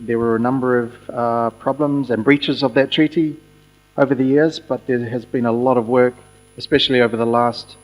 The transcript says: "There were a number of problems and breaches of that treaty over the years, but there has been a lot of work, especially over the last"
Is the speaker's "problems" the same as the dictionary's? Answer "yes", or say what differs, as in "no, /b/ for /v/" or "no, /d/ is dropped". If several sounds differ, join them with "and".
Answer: yes